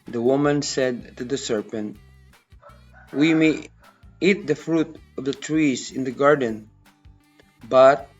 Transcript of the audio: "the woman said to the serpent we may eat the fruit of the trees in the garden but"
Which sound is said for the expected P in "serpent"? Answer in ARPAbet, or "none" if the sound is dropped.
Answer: P